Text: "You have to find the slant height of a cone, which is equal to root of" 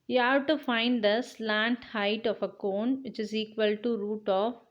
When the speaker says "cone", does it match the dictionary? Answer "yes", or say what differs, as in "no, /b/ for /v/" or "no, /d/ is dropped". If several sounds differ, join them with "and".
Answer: yes